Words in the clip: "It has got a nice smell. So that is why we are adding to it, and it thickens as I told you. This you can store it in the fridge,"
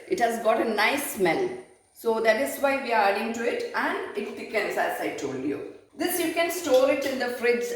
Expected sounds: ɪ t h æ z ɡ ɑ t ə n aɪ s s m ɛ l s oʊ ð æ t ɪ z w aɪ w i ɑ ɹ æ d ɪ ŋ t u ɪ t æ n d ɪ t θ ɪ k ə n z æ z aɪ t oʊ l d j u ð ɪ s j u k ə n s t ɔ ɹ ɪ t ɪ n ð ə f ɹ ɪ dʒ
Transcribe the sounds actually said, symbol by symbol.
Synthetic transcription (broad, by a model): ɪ t h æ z ɡ ɑ t ə n aɪ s s m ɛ n s oʊ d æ t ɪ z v aɪ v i ɑ ɹ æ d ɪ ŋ t u ɪ t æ n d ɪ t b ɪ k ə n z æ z aɪ t oʊ l d j u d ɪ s j u k ə n s t ɔ ɹ ɪ t ɪ n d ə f ɹ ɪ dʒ